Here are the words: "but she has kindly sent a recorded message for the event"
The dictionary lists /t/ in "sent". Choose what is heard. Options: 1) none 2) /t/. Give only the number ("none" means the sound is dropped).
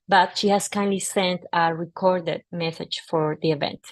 2